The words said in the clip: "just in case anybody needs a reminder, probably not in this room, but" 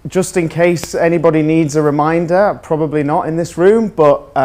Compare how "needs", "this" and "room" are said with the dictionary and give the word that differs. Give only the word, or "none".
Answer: none